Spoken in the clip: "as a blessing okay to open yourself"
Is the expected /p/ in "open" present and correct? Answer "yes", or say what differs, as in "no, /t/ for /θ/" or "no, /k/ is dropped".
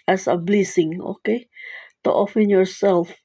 no, /f/ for /p/